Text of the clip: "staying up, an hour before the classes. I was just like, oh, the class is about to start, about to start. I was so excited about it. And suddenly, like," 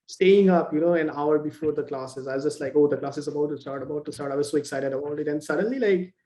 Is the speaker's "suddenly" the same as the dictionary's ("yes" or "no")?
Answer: yes